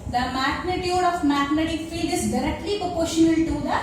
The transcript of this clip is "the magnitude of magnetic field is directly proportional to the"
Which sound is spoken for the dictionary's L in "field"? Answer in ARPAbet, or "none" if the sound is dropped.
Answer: none